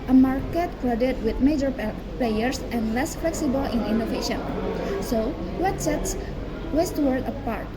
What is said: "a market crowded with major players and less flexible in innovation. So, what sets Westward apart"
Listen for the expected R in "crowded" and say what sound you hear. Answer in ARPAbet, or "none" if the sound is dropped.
L